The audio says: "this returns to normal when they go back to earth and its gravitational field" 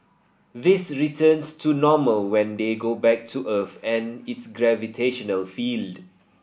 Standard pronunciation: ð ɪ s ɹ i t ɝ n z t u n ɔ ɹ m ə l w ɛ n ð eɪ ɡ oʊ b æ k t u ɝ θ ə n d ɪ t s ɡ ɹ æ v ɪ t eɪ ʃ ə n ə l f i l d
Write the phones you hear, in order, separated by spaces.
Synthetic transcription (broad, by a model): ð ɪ s ɹ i t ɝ n s t u n ɔ m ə l w ɛ n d eɪ ɡ oʊ b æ k t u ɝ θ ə n ɪ t s ɡ ɹ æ v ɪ t eɪ ʃ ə n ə l f i l d